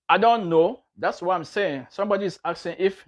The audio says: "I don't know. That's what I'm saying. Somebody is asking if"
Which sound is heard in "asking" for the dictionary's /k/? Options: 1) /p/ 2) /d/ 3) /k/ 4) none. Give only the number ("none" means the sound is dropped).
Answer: 4